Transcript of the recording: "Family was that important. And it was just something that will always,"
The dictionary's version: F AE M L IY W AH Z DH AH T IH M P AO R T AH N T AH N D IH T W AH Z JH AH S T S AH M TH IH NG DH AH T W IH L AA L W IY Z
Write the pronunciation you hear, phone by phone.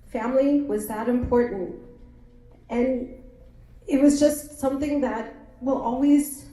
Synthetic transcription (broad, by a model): F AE M L IY W AH Z DH AH T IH M P AO R T N T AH N IH T W AH Z JH AH S T S AH M TH IH NG DH AH T W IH L AA L W IY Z